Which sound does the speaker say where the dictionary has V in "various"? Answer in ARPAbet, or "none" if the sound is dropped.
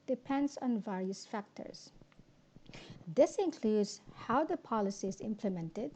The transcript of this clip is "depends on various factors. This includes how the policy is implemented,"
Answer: V